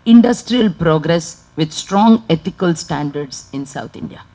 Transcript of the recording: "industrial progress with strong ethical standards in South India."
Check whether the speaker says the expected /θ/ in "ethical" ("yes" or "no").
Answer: no